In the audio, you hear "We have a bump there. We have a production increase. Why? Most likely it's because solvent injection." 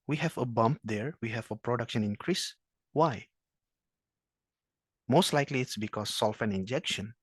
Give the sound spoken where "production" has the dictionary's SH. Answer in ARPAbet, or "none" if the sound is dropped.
SH